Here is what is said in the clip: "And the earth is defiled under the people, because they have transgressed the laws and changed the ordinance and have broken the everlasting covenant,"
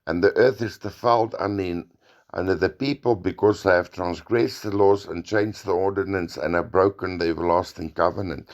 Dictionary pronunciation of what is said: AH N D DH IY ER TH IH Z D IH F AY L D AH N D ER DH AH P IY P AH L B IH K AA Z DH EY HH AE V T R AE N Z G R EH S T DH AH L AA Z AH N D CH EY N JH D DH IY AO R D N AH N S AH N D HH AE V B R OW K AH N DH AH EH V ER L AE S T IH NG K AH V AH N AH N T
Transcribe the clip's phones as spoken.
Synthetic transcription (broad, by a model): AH N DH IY ER TH IH Z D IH F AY L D AH N D ER DH AH P IY P AH L B IH K AA Z DH EY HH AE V T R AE N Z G R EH S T DH AH L AA Z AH N CH EY N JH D DH IY AO R D N AH N S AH N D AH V B R OW K AH N DH AH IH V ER L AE S T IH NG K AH V AH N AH N T